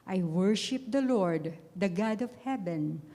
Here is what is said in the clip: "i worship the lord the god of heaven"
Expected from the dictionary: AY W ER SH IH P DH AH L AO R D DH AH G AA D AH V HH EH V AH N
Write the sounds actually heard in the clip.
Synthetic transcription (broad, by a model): AY W ER SH IH P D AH L AO R D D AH G AA D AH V HH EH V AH N